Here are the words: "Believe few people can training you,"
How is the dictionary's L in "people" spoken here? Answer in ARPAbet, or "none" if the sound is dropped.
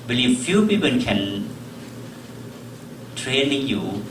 N